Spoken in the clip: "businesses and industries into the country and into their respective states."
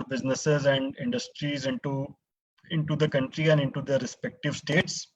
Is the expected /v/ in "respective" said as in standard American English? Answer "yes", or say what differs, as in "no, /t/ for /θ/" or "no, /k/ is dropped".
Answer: yes